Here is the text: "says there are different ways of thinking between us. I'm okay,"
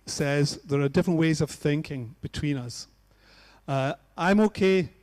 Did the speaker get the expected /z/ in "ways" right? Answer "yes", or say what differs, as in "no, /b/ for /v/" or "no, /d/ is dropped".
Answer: yes